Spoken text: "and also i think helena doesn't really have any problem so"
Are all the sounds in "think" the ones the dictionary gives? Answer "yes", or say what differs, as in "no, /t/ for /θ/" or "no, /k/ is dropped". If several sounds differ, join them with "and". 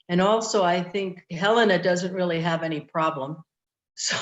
yes